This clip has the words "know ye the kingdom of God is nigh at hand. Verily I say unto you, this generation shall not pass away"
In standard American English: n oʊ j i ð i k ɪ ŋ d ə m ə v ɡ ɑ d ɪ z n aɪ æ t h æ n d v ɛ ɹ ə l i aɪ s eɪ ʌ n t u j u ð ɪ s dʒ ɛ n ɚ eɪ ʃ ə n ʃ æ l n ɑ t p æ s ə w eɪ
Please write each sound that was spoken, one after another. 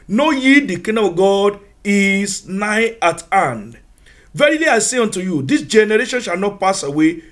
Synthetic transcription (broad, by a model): n oʊ j i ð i k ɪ d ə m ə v ɡ ɑ d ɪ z n aɪ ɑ t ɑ n d v ɛ ɹ ə l i aɪ s eɪ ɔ n t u j u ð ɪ s dʒ ɛ n ɚ eɪ ʃ ə n ʃ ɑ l n ɑ t p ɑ s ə w eɪ